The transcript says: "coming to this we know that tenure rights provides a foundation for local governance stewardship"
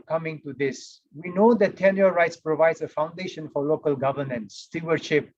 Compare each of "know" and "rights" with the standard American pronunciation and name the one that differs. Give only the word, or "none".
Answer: none